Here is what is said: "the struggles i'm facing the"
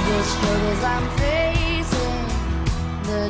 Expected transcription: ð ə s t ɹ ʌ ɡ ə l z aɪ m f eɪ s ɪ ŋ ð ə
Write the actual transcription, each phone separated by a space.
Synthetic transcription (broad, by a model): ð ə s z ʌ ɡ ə z aɪ m f eɪ s ɪ ŋ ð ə